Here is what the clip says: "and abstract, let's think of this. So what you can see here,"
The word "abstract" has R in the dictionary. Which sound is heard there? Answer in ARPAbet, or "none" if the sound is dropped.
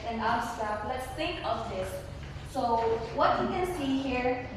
none